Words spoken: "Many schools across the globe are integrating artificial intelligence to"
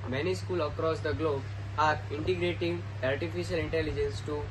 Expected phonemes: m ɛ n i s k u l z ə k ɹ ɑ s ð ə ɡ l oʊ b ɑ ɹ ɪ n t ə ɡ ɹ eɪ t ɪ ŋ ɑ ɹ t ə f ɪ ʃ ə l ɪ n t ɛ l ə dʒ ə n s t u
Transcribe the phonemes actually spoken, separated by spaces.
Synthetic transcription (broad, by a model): m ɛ n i s k u l ə k ɹ ɑ s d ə ɡ l oʊ b ɑ ɹ ɪ n t ə ɡ ɹ eɪ t ɪ ŋ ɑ ɹ t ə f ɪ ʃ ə l ɪ n t ɛ l ə dʒ ə n s t u